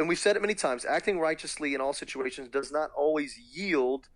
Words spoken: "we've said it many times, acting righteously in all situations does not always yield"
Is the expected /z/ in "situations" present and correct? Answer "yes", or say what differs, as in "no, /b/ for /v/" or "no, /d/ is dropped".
yes